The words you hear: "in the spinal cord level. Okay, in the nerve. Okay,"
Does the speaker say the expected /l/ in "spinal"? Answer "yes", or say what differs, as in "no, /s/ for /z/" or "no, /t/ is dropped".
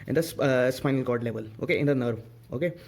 yes